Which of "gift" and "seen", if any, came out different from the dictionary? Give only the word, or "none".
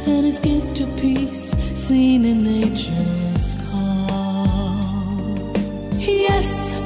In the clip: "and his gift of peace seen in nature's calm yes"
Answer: gift